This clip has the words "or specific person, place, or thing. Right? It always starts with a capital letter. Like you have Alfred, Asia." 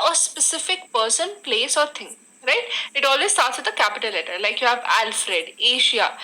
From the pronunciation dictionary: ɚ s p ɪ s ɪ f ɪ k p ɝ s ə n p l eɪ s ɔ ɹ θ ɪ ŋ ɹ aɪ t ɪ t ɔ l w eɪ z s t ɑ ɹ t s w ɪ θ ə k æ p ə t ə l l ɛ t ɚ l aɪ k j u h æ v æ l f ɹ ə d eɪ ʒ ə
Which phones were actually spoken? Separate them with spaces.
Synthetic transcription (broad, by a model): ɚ s p ɪ s ɪ f ɪ k p ɝ s ə n p l eɪ s ɔ ɹ t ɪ ŋ ɹ aɪ t ɪ t ɔ l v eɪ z s t ɑ ɹ t s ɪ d ə k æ p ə t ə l l ɛ t ɚ l aɪ k j u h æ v æ l f ɹ ə d eɪ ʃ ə